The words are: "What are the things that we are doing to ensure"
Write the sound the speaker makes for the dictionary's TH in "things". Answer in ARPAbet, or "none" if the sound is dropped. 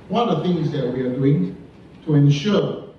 TH